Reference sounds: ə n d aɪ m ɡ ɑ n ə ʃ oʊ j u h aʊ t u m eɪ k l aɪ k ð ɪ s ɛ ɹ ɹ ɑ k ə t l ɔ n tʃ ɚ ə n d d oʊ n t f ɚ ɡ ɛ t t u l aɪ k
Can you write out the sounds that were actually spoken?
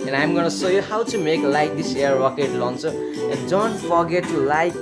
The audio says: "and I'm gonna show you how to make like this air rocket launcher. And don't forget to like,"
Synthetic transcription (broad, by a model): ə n aɪ m ɡ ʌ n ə s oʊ j u h aʊ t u m eɪ k l aɪ k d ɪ s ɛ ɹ ɹ ɑ k ə t l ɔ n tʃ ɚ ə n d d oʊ n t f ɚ ɡ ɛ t t u l aɪ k